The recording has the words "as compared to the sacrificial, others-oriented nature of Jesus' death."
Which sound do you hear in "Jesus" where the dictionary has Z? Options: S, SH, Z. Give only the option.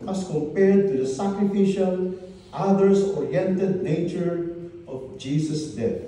S